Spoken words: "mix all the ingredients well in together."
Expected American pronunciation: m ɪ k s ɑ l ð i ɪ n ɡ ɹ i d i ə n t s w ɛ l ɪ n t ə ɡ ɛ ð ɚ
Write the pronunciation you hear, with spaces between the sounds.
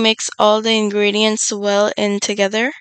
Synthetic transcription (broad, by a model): m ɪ k s ɑ l ð i ɪ n ɡ ɹ i d i ə n t s w ɛ l ɪ n t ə ɡ ɛ ð ɚ